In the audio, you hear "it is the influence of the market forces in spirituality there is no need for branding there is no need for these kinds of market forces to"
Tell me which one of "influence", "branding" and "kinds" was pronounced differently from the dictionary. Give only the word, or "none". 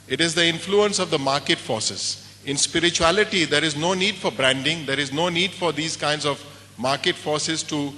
none